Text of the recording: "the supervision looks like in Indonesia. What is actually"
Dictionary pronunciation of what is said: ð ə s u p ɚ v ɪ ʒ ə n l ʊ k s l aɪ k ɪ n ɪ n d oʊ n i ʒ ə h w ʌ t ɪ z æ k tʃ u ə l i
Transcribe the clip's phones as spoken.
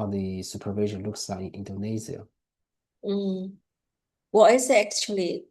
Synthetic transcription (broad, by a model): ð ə s u p ɚ v ɪ ʒ ə n l ʊ k s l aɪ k ɪ n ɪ n d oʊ n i z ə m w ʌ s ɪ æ k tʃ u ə l i